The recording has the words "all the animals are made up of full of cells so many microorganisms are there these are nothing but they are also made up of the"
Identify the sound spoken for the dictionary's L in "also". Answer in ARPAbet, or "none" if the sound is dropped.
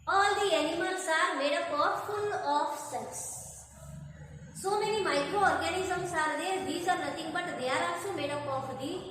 none